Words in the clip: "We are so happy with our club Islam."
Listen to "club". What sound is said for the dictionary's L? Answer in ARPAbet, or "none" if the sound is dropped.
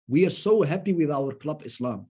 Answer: L